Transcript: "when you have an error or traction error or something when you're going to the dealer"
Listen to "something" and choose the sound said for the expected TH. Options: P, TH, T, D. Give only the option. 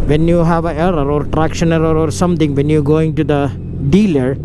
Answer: T